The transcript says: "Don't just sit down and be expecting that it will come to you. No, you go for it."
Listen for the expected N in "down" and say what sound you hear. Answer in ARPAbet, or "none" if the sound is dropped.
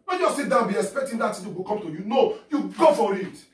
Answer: none